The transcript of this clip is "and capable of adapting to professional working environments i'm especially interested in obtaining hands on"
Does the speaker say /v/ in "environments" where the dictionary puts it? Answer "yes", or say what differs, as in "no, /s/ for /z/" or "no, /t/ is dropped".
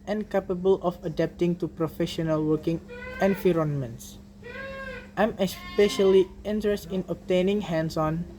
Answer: no, /f/ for /v/